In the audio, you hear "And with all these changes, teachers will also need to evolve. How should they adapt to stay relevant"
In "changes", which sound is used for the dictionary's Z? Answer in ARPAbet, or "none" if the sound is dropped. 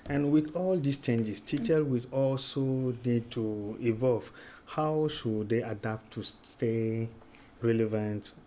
S